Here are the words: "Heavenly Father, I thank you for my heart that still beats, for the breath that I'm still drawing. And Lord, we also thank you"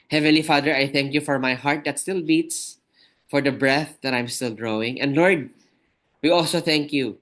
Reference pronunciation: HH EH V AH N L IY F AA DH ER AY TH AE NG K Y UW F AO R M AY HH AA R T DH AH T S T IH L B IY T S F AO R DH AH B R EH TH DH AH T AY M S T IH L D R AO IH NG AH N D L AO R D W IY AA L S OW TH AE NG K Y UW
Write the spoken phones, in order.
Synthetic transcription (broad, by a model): HH EH V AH N L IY F AA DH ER AY TH AE NG K Y UW F AO R M AY HH AA R T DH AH T S T IH L B IY T S F AO R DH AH B R EH TH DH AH T AY M S T IH L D R AO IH NG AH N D L AO R D W IY AA L S OW TH AE NG K Y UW